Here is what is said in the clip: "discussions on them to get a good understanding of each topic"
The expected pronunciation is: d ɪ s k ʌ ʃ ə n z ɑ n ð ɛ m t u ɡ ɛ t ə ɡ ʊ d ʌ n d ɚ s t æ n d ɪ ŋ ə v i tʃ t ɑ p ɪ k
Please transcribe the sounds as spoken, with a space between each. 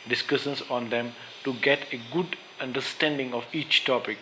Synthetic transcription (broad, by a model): d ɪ s k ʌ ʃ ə n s ɑ n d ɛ m t u ɡ ɛ t ə ɡ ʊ d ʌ n d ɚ s t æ n d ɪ ŋ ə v i tʃ t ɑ p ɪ k